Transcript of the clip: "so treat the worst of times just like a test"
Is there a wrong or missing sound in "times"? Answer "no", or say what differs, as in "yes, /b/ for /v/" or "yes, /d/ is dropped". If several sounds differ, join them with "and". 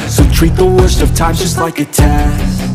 yes, /z/ is dropped